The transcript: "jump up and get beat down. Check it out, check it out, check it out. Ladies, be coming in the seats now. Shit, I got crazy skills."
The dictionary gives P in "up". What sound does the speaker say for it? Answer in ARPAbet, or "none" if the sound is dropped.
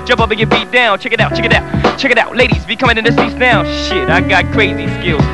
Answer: B